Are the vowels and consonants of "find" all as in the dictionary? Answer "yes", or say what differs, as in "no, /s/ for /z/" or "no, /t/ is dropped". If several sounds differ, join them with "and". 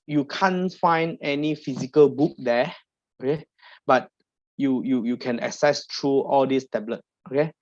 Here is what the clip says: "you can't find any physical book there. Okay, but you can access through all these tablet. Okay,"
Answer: yes